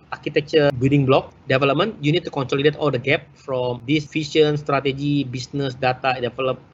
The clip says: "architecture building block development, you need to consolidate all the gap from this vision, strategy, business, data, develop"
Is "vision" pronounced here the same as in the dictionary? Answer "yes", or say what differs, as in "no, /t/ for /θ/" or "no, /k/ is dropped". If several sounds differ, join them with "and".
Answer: no, /f/ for /v/ and /ʃ/ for /ʒ/